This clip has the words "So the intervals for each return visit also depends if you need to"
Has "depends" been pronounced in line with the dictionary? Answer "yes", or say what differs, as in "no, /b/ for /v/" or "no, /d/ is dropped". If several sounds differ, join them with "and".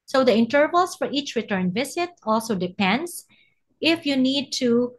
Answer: no, /s/ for /z/